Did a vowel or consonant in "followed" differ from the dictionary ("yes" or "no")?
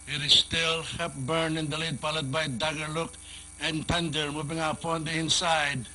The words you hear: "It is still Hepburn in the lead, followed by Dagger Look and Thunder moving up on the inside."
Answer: yes